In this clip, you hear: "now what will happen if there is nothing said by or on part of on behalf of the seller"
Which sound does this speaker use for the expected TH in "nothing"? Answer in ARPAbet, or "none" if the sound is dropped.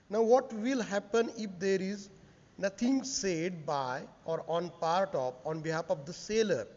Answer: T